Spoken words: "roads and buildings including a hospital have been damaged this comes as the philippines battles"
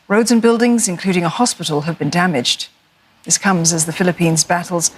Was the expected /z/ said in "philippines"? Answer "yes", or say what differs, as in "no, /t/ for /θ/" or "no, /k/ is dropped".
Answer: yes